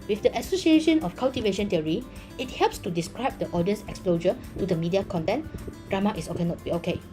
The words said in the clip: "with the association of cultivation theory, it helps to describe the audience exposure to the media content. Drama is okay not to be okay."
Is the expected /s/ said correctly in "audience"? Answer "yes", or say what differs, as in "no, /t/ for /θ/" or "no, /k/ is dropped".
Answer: yes